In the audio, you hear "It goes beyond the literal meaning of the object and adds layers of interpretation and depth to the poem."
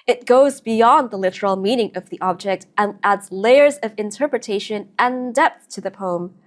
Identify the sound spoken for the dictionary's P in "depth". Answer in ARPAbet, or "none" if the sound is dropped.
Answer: P